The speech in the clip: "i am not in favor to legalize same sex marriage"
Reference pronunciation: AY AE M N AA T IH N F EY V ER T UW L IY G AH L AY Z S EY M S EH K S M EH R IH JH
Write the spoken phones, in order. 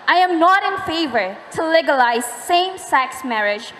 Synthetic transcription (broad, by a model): AY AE M N AA T IH N F EY V ER T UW L IY G AH L AY Z S EY M S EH K S M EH R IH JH